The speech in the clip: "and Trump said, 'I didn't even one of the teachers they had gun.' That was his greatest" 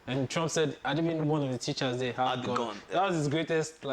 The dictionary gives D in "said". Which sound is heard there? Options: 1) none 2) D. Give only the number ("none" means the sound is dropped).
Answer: 2